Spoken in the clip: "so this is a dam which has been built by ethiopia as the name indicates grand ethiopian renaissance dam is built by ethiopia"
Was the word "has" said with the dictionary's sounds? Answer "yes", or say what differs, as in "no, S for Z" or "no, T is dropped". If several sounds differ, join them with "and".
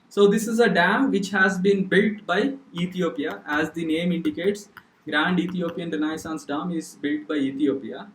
yes